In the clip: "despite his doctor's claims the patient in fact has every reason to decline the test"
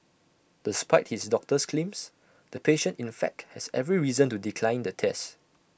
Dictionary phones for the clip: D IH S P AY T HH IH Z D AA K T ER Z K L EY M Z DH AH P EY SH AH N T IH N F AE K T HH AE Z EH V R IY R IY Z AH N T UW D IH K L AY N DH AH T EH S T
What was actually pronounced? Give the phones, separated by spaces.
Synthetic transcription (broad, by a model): D IH S P AY T HH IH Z D AA K T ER S K L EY M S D AH P EY SH AH N T IH N F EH K T HH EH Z EH V R IY R IY Z AH N T UW D IH K L AY N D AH T EH S T